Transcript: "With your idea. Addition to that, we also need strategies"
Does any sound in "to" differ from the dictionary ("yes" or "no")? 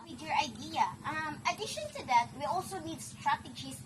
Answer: no